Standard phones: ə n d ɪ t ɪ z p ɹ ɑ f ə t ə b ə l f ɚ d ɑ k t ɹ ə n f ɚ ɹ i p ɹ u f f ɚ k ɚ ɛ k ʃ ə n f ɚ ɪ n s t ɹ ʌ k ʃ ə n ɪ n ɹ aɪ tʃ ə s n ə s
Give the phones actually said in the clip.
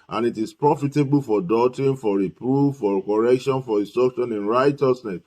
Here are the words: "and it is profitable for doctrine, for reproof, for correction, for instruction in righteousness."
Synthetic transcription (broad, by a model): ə n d ɪ t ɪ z p ɹ ɑ f ə t ə b ə l f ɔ d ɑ t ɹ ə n f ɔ ɹ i p ɹ u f f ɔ k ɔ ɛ k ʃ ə n f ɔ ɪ s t ɔ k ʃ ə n ɪ n ɹ aɪ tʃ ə s n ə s